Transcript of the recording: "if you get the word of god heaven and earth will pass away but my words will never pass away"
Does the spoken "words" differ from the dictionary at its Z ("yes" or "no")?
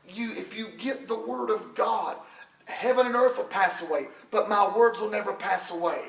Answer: no